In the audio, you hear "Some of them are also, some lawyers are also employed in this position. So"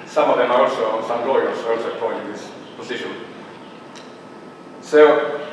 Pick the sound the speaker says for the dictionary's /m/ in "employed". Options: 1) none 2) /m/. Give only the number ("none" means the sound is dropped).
1